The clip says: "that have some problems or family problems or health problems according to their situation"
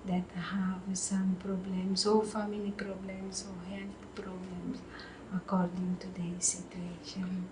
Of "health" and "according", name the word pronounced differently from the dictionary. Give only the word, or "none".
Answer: health